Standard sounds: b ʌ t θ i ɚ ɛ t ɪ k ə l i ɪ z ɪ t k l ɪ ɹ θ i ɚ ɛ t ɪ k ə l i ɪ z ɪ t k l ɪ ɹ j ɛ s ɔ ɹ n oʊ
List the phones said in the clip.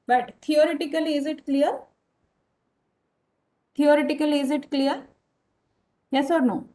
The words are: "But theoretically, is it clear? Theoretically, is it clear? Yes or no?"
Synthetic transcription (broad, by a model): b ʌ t t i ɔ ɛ t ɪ k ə l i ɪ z ɪ t k l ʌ ɹ t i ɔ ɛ t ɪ k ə l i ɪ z ɪ t k l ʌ ɹ j ɛ s ɔ ɹ n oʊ